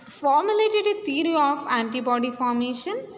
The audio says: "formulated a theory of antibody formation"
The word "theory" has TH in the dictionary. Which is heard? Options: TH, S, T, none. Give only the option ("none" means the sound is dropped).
T